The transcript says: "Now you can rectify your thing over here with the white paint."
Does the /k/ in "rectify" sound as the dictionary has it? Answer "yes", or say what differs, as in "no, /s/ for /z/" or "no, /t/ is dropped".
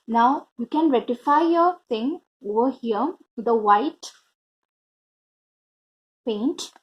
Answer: no, /k/ is dropped